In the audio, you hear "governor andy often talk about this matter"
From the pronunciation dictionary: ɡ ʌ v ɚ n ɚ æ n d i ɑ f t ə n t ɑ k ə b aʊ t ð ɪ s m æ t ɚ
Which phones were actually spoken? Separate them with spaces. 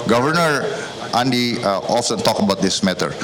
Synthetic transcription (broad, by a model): ɡ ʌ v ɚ n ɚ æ n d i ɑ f s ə n t ɑ k ə b aʊ t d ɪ s m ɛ t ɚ